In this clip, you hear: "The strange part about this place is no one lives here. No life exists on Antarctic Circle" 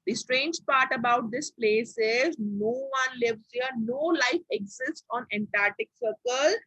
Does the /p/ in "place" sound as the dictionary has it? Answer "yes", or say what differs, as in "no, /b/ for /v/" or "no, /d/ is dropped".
yes